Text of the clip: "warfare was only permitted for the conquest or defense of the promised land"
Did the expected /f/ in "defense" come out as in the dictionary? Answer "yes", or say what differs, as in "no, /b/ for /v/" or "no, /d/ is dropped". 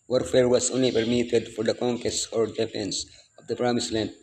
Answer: no, /p/ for /f/